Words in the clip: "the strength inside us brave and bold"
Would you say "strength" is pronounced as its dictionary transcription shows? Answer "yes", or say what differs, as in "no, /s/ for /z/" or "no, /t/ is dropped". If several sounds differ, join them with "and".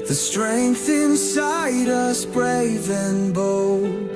yes